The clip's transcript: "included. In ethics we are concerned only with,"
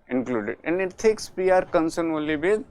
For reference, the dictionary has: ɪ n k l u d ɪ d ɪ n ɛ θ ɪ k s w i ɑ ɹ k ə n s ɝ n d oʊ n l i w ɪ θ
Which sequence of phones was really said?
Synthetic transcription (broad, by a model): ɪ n k l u d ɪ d ɪ n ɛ t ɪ k s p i ɑ ɹ k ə n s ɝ n oʊ l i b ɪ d